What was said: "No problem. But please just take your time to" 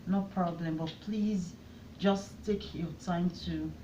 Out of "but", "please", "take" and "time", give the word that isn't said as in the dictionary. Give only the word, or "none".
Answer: none